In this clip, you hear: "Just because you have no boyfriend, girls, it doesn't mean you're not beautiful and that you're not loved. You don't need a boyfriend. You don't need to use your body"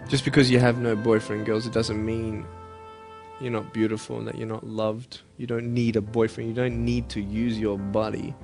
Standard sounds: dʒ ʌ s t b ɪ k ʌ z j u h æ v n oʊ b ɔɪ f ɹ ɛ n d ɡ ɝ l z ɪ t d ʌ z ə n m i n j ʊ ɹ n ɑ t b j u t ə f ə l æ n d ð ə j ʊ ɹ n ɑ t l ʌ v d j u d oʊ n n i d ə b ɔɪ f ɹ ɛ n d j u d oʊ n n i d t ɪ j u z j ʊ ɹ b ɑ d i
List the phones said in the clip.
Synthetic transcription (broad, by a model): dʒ ʌ s b ɪ k ʌ z j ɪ v n oʊ b ɔɪ f ɹ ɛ n ɡ ɝ l z ɪ t d ʌ z ə n m i n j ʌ ɹ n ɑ t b j u t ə f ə l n ð ə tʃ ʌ ɹ n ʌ t l ʌ v d j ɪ d oʊ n n i d ə b ɔɪ f ɹ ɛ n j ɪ d oʊ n n i d t ɪ j u z j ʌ ɹ b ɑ d i